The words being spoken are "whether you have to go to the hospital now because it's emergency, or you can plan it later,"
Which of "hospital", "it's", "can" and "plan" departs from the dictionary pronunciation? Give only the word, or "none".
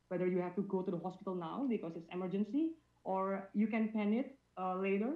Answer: plan